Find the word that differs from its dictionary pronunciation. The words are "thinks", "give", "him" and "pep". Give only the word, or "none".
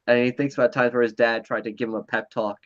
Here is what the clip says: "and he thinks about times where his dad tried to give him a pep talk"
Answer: none